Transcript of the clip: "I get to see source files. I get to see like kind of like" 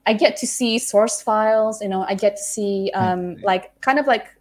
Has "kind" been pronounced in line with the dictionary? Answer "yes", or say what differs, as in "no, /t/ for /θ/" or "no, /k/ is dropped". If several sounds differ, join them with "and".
yes